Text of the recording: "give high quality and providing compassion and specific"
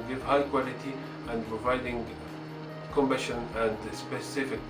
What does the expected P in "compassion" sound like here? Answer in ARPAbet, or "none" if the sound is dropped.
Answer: B